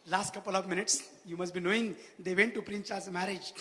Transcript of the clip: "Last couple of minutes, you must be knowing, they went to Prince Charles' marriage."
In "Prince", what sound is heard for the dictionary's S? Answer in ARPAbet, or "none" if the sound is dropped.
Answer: none